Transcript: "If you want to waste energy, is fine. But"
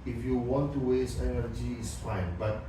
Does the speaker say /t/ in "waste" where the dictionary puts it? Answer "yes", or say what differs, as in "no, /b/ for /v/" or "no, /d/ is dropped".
no, /t/ is dropped